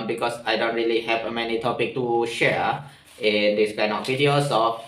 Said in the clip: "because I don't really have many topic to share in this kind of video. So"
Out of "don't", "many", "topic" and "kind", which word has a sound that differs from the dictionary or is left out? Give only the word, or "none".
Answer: kind